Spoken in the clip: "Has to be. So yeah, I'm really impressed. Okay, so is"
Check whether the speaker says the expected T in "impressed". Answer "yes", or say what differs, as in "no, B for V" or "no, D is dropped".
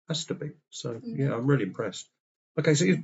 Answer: yes